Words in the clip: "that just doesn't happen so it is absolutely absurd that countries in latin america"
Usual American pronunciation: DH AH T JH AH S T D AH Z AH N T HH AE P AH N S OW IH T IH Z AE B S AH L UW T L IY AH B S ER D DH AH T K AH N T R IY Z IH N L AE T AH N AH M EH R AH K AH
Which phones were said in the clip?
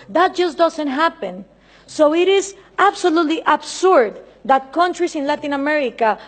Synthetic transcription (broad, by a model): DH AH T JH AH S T D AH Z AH N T HH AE P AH N S OW IH T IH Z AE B S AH L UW T L IY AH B S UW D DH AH T K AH N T R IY S IH N L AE T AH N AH M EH R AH K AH